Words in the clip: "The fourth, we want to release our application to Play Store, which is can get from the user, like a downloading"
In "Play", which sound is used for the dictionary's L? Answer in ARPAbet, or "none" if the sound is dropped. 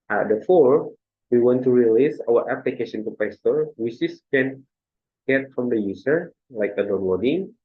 none